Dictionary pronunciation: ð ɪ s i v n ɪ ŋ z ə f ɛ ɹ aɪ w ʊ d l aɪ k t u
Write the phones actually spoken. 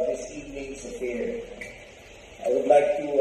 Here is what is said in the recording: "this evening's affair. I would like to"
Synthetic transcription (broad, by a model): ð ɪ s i n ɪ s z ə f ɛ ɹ aɪ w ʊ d l aɪ k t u